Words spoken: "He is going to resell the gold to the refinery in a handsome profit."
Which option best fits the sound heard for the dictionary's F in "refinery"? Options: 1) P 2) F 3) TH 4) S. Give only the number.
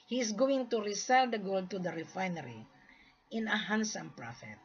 2